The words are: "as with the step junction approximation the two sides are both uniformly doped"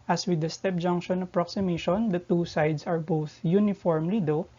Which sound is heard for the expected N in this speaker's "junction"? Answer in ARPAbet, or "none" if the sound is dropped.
N